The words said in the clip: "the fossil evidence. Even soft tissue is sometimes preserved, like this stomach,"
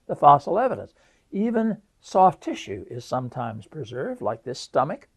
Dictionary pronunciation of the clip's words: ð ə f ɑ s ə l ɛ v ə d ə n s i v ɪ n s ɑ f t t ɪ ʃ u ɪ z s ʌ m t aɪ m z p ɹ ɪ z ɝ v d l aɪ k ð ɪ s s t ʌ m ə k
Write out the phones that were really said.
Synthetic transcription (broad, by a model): ð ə f ɑ s l ɛ v ə d ə n s i v ɪ n s ɑ f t t ɪ ʃ u ɪ z s ʌ m t aɪ m z p ɹ ɪ z ɝ v d l aɪ k ð ɪ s s t ʌ m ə k